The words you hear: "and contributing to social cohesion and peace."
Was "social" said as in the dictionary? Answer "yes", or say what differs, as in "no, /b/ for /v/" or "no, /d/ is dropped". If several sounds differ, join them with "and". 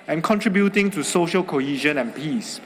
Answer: yes